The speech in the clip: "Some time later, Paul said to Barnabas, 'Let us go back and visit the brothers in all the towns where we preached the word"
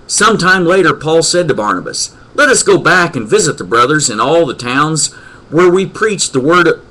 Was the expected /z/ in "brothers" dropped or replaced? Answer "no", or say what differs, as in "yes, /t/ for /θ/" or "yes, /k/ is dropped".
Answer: no